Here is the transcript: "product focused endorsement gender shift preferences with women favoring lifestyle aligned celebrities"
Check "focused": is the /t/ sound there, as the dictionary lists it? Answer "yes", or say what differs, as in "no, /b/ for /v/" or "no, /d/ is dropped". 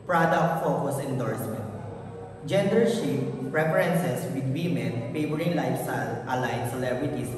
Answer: no, /t/ is dropped